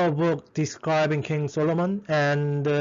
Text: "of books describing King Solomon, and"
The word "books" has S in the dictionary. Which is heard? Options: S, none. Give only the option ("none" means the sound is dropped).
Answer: none